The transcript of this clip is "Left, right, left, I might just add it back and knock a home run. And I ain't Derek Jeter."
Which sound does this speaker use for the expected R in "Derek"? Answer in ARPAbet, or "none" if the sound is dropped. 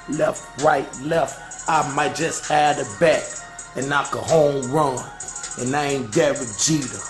W